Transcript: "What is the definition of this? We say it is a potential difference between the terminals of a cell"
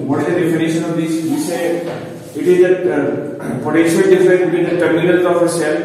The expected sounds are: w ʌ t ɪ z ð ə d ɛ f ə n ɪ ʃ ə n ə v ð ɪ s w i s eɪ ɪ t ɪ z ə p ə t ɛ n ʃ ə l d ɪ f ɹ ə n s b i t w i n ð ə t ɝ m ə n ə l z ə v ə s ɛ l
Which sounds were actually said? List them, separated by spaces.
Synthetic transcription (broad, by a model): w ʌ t ɪ z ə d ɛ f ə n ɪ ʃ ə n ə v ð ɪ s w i s eɪ ɪ t ɪ z ə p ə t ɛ ʃ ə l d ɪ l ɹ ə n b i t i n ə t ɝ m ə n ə l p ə f ə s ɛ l